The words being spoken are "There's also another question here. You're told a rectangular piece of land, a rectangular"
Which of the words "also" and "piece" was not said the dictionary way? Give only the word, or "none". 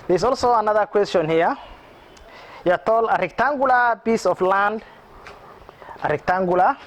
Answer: piece